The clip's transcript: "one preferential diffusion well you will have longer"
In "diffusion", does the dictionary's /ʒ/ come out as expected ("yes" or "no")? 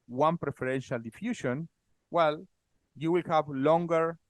no